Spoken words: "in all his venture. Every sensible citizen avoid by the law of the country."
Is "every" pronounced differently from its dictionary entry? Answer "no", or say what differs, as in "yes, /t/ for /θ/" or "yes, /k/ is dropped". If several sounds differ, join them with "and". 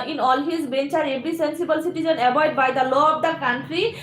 yes, /b/ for /v/